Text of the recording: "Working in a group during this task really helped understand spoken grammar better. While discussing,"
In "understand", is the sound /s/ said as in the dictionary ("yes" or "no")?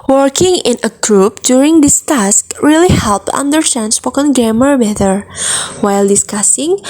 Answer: no